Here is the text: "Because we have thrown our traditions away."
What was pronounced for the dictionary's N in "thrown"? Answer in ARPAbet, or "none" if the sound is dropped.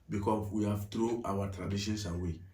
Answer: none